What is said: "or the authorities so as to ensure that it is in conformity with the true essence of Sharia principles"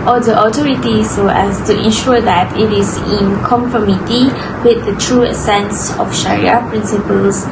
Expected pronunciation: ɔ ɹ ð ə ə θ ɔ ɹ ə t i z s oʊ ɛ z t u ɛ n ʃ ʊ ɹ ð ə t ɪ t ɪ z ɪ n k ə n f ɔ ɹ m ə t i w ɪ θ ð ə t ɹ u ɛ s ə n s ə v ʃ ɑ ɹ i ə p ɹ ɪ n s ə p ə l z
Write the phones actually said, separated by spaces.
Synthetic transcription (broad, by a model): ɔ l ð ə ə t ɔ ɹ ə t i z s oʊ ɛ s t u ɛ n ʃ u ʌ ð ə t ɪ t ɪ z ɪ n k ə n f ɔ m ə t i w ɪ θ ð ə t ɹ u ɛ s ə n s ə f ʃ ɑ ɹ i ə p ɹ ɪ n s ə p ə l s